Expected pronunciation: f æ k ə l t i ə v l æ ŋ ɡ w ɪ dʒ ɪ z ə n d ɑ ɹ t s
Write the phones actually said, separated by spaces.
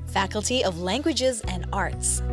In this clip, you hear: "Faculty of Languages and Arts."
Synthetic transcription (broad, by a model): f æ k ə l t i ə v l æ ŋ ɡ w ɪ dʒ ɪ z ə n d ɑ ɹ t s